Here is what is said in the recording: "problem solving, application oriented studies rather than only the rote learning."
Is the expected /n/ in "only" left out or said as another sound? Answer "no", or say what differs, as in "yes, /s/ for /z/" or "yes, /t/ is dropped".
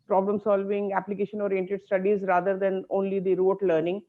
no